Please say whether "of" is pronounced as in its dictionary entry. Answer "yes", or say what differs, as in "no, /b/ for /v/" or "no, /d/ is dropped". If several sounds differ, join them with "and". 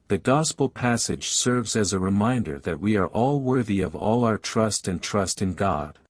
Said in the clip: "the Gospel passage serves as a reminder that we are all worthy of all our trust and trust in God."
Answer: yes